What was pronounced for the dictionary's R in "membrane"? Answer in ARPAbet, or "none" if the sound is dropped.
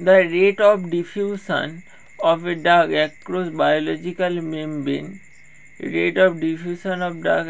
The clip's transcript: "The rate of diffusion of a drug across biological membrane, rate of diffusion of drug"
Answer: none